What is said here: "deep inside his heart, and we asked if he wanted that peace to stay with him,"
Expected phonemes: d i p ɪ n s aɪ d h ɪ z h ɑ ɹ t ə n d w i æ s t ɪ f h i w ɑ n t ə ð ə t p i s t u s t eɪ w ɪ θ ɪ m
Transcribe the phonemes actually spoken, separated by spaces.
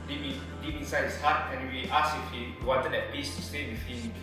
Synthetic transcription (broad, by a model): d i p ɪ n s aɪ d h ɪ s h ɑ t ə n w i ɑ s ɪ f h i w ɑ n t ə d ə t p i s t u s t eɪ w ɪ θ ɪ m